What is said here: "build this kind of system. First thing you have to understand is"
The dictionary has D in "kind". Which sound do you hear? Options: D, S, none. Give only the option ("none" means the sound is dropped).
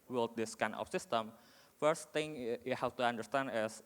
none